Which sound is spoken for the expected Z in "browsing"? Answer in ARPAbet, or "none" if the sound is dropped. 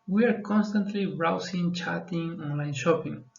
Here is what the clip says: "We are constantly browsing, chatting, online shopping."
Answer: S